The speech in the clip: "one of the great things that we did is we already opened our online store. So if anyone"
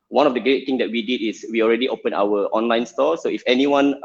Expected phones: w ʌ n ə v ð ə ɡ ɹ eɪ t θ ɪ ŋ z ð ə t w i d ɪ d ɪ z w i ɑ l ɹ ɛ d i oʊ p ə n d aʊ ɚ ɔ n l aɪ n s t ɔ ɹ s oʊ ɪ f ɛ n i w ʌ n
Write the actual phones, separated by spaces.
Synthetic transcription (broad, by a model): w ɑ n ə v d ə ɡ ɹ eɪ t t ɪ ŋ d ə t w i d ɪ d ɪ s w i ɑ l ɹ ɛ d i oʊ p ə n aʊ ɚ ɔ n l aɪ n s t ɔ s oʊ ɪ f ɛ n i w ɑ n